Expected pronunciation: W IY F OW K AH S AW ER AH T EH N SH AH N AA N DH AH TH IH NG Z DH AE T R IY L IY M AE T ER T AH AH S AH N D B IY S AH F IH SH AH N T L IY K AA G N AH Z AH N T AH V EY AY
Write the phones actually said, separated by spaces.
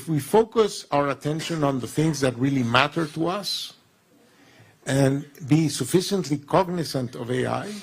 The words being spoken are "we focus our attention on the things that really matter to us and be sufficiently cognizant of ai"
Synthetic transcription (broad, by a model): W IY F OW K AH S AW ER AH T EH N SH AH N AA N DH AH TH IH NG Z DH AE T R IY L IY M AE T ER T AH AH S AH N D B IY S AH F IH SH AH N T L IY K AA G N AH S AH N T AH V EY AY